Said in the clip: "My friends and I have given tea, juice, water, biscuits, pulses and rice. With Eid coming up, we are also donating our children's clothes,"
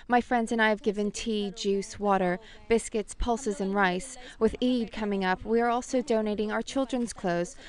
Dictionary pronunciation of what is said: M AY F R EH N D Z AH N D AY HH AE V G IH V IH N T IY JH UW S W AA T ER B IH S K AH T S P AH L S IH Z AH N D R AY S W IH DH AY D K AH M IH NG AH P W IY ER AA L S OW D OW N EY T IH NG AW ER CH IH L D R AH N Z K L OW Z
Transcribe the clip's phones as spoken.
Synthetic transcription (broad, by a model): M AY F R EH N D Z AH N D AY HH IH V G IH V IH N T IY JH UW S W AA T ER B IH S K AH T S P AH L S IH Z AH N R AY S W IH DH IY D K AH M IH NG AH P W IY ER AA L S OW D OW N EY T IH NG AW ER CH IH L D R AH N Z K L OW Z